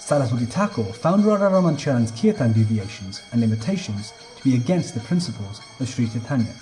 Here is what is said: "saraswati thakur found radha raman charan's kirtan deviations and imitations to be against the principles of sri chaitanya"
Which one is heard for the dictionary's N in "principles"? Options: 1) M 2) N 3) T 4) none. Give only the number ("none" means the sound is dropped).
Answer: 2